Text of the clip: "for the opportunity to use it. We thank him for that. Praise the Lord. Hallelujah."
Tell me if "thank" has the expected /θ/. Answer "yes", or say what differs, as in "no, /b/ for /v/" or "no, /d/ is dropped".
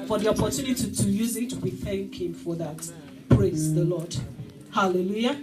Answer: yes